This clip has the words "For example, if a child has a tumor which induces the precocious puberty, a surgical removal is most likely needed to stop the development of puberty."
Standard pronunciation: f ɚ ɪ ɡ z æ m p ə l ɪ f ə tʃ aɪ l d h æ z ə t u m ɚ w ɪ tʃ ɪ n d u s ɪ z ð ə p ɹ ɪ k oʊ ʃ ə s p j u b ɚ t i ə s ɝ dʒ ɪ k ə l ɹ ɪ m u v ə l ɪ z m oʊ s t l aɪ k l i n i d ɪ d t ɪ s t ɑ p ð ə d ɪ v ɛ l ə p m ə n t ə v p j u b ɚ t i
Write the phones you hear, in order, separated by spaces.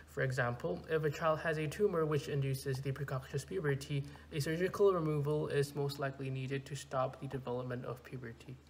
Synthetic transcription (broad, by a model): f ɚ ɪ ɡ z æ m p ə l ɪ f ə tʃ aɪ l d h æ z ə t u m ɚ w ɪ tʃ ɪ n d u s ɪ z ð ə p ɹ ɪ k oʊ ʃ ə s p j u b ɚ t i ə s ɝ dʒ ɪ k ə l ɹ ɪ m u v ə l ɪ z m oʊ s t l aɪ k l i n i d ɪ d t ɪ s t ɑ p ð ə d ɪ v ɛ l ə p m ə n t ə v p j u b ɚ t i